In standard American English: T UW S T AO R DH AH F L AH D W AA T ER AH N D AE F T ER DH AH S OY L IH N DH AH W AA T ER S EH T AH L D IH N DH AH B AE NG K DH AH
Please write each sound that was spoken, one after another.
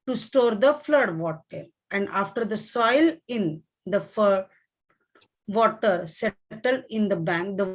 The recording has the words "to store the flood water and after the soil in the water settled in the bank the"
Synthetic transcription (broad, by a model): T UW S T AO R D AH F L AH D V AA T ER AH N D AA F T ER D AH S OY L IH N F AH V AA T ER S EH T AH L IH N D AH B AE NG K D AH